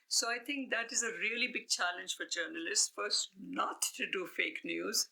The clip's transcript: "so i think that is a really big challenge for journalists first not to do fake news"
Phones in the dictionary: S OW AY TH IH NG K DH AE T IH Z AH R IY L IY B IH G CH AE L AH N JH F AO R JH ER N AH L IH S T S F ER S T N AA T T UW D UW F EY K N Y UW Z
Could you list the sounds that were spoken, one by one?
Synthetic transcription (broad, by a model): S OW AY T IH NG K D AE T IH Z AH R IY L IY B IH G CH AE L AH N JH F AO R JH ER N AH L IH S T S F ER S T N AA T T UW D UW F EY K N Y UW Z